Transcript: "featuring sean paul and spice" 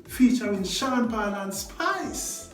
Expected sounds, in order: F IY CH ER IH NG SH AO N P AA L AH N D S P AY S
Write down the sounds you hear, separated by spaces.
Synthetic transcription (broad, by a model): F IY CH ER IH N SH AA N B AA L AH N S P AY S